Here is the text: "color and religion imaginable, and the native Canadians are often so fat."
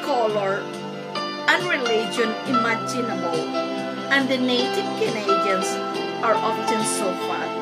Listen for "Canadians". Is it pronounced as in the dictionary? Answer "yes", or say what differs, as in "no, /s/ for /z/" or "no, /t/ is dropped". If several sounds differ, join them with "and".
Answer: no, /s/ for /z/